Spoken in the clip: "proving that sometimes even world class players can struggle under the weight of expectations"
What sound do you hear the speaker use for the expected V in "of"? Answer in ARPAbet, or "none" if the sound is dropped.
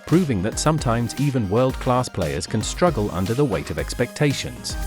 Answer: V